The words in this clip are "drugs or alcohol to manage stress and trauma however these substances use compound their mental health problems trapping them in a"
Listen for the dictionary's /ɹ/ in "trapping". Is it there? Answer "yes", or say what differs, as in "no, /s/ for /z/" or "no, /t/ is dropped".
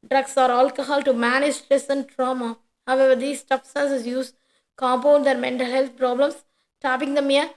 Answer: no, /ɹ/ is dropped